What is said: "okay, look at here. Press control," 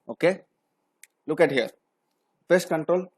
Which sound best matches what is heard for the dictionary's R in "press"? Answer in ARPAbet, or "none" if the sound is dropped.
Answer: none